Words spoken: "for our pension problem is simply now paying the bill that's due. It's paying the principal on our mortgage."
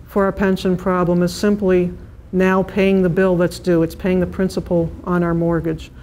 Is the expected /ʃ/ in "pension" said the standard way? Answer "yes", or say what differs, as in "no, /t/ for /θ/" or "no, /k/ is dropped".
yes